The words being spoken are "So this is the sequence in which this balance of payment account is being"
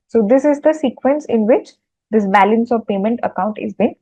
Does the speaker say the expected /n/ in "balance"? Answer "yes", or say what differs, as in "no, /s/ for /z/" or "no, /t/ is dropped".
yes